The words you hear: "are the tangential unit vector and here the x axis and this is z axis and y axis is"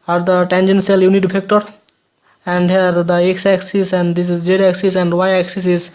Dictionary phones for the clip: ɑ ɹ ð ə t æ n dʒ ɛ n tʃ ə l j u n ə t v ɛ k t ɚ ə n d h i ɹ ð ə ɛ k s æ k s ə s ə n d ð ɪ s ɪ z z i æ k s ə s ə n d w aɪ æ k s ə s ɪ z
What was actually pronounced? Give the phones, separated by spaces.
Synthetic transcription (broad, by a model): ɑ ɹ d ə t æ n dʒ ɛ n s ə l j u n ə t p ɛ k t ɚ ə n d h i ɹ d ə ɛ k s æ k s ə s ə n d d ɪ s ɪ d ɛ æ k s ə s ə n d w aɪ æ k s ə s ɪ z